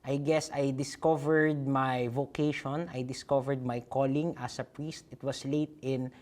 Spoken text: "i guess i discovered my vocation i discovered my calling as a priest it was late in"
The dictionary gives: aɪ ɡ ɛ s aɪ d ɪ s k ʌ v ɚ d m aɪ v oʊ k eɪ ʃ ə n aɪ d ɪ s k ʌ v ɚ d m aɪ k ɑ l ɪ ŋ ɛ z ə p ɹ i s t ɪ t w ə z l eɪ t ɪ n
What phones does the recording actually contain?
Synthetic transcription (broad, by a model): aɪ ɡ ɛ s aɪ d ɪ s k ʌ v ɚ d m aɪ v oʊ k eɪ ʃ ə n aɪ d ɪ s k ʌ v ɚ d m aɪ k ɑ l ɪ ŋ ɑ s ə p ɹ i s t ɪ t w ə s l eɪ t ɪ n